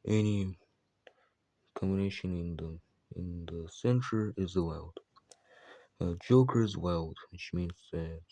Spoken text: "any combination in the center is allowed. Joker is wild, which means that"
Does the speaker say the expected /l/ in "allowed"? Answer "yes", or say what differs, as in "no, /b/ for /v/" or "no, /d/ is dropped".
no, /w/ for /l/